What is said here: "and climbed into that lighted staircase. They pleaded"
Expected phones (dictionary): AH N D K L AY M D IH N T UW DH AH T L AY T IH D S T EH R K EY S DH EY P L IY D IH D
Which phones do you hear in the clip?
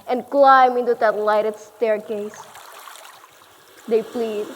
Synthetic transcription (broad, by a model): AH N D K L AY M IH N T UW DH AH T L AY T IH D S T EH R K EY S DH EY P L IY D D